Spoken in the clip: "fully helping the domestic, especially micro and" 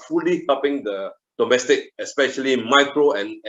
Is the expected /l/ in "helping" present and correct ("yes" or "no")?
no